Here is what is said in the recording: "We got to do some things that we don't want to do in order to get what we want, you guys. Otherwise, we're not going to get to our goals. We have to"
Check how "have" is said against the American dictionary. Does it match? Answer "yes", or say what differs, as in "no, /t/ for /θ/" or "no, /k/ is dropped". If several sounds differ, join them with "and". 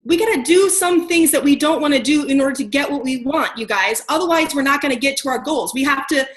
no, /f/ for /v/